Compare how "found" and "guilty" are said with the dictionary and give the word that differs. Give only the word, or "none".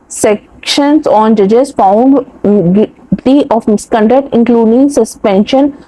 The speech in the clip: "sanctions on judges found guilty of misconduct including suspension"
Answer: guilty